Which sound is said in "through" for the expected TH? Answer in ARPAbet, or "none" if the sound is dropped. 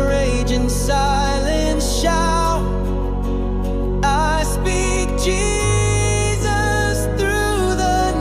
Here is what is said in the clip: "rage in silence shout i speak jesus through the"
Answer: TH